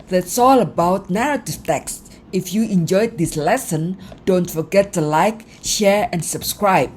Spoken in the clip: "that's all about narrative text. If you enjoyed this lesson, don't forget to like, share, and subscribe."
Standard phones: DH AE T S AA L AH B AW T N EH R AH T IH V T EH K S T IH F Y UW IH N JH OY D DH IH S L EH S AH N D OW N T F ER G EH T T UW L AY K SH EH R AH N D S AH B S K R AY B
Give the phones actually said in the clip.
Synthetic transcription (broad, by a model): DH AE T S AA L AH B AW T N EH R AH T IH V T EH K S T IH F Y UW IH N JH OY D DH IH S L EH S AH N D OW N T F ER G EH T T UW L AY K SH EH R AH N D S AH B S K R AY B